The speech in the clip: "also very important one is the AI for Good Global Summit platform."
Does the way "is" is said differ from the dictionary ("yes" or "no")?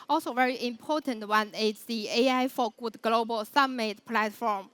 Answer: yes